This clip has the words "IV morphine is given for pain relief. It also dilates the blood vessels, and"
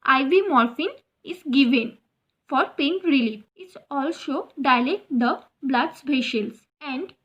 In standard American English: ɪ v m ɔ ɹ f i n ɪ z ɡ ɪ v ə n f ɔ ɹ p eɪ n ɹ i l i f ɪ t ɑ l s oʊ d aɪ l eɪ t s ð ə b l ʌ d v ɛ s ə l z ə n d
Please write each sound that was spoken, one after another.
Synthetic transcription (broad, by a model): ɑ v m ɔ ɹ f i n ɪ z ɡ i v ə n f ɔ ɹ p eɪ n ɹ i l i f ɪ t ɑ l s oʊ d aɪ l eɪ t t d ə b l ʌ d b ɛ ʃ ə l s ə n d